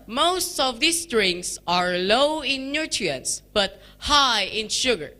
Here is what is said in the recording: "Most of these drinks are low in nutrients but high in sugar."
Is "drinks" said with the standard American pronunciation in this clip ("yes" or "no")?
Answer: no